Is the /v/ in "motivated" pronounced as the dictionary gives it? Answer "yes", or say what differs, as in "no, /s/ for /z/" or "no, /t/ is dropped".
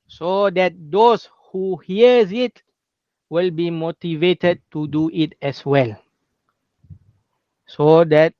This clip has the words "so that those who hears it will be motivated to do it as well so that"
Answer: yes